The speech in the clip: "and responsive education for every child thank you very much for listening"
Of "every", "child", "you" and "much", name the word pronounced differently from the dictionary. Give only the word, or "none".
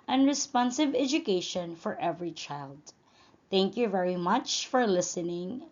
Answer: none